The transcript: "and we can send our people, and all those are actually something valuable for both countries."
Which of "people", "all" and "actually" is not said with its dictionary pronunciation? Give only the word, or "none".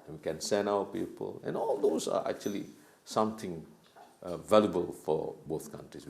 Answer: none